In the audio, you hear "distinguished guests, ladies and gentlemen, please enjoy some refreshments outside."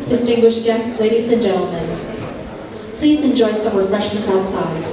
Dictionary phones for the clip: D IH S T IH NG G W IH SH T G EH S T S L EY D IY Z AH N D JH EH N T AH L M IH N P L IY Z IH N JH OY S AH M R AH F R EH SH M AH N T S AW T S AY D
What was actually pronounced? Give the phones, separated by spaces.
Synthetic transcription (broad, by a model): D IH S T IH NG G W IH SH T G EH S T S L EY D IY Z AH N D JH EH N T L M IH N P L IY Z IH N JH OY S AH M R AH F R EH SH AH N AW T S AY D